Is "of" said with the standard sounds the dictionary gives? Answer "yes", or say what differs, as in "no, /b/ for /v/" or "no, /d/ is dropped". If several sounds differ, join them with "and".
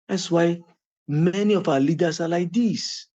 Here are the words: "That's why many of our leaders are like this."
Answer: no, /f/ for /v/